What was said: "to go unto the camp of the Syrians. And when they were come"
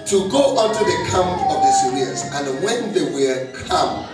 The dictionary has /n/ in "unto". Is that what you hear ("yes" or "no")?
no